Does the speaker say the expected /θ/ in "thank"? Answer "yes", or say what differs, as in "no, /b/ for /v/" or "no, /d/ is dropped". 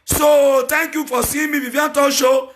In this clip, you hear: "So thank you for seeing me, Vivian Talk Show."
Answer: no, /t/ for /θ/